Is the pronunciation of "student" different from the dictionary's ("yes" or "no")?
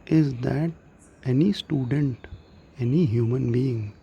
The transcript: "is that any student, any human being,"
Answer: no